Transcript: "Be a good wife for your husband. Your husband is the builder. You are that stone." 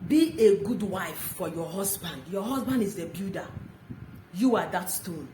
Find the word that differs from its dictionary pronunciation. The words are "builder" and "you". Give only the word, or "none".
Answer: builder